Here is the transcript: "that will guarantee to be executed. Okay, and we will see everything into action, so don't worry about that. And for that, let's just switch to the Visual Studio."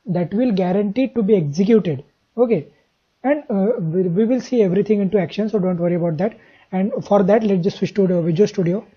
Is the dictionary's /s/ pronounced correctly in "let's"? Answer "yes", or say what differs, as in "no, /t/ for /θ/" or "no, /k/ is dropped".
no, /s/ is dropped